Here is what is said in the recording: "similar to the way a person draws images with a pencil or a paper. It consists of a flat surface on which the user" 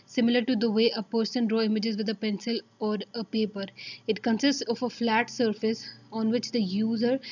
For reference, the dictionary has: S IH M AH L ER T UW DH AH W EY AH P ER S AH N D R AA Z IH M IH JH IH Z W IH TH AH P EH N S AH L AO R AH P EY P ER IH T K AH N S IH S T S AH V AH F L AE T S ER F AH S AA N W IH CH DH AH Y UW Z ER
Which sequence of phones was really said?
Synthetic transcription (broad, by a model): S IH M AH L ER T UW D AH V EY AH P ER S AH N D R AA IH M IH JH IH Z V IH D AH P EH N S AH L AO R AH P EY P ER IH T K AH N S IH S T S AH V AH F L AE T S ER F AH S AA N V IH CH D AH Y UW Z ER